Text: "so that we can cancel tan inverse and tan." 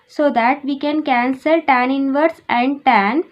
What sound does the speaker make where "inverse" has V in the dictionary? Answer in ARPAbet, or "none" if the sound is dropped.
V